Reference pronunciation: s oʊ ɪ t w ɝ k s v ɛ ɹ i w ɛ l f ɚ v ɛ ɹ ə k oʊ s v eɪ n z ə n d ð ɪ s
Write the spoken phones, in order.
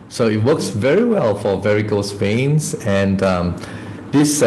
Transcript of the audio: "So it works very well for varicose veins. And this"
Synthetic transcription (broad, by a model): s oʊ ɪ t w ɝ k s v ɛ ɹ i w ɛ l f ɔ v ɛ ɹ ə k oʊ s p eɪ n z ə n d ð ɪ s